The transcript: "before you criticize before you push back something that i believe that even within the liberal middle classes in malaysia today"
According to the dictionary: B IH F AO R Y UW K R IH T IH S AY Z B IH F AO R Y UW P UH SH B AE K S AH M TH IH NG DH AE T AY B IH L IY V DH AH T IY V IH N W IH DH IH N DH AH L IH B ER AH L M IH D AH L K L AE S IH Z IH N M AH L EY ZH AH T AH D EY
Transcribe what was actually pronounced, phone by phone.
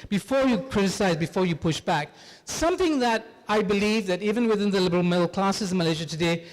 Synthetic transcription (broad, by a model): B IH F AO R Y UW K R IH T IH S AY Z B IH F AO R Y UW P UH SH B AE K S AH M TH IH NG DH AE T AY B IH L IY V DH AH T IY V IH N W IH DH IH N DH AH L IH B ER AH L M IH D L K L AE S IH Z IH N M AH L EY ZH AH T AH D EY